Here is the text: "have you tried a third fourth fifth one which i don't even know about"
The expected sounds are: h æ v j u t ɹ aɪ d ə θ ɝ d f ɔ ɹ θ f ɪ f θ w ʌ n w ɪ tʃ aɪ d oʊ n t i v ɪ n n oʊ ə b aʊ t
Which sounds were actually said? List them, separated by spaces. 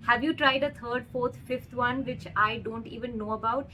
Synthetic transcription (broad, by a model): h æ v j u t ɹ aɪ d ə t ɝ d f ɔ ɹ t f ɪ f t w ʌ n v ɪ tʃ aɪ d oʊ n t i v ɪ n n oʊ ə b aʊ t